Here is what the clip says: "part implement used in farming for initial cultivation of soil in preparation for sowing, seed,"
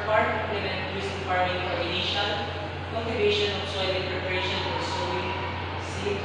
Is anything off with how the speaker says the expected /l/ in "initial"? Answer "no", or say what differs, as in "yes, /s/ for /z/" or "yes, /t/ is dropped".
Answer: yes, /n/ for /l/